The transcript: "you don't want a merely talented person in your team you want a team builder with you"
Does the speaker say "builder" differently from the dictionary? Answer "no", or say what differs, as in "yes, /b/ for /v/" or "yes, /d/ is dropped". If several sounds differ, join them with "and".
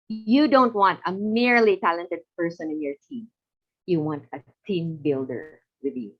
no